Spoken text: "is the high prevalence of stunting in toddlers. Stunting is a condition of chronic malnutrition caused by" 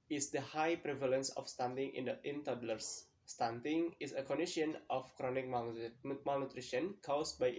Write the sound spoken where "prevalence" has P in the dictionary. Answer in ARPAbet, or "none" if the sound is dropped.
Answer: P